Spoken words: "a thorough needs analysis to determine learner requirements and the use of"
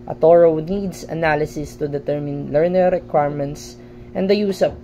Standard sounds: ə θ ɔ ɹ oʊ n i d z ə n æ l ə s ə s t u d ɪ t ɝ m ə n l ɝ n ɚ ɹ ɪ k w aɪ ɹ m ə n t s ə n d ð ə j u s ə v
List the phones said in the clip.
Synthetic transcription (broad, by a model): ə t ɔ ɹ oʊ n i d s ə n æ l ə s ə s t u d ɪ t ɝ m ə n l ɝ n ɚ ɹ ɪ k w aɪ ɹ m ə n t s ə n d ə j u s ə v